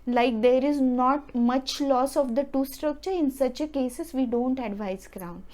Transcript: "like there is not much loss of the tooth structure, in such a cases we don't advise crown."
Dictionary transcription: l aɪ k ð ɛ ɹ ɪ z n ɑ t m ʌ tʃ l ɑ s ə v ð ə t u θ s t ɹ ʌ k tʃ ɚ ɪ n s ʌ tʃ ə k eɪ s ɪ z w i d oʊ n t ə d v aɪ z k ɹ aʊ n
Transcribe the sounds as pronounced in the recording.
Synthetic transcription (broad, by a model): l aɪ k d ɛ ɹ ɪ z n ɑ t m ʌ tʃ l ɑ s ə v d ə t u s t ɹ ʌ k tʃ ɚ ɪ n s ʌ tʃ ə k eɪ s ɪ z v i d oʊ n t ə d v aɪ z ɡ ɹ aʊ n